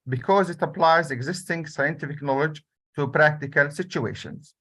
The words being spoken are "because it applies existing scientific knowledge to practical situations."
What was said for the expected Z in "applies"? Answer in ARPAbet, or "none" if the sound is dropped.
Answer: Z